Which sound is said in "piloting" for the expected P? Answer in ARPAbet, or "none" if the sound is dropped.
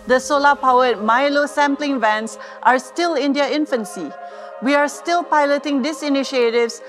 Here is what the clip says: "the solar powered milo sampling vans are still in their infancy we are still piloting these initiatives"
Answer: P